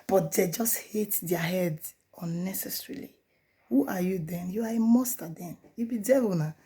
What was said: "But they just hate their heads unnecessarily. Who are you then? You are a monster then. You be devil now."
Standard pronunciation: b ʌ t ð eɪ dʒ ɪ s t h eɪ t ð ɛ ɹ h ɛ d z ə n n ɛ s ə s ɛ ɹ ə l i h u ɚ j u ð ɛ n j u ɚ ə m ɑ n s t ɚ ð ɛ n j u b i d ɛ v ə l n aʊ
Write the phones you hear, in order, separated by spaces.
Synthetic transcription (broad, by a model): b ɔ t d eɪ dʒ ɪ s t h eɪ t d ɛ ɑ h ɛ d ə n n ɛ s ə s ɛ ɹ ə l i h u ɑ j u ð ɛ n j u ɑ ə m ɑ s t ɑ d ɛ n j u b i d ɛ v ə n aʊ